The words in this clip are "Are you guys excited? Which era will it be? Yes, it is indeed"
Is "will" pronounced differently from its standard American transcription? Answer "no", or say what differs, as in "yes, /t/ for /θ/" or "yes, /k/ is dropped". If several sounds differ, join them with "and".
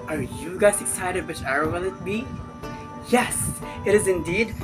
yes, /n/ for /l/